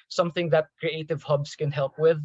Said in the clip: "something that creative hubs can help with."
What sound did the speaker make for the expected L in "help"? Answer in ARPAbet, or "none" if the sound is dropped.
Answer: L